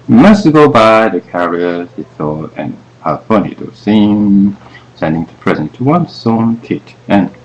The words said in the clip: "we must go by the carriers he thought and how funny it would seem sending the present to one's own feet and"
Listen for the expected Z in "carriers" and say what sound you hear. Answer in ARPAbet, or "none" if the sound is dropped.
none